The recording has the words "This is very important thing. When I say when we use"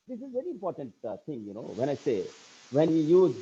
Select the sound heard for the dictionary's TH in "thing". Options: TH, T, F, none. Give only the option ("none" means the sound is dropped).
T